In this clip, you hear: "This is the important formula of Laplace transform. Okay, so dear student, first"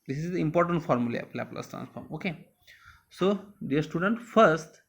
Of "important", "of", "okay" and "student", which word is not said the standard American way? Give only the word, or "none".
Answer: of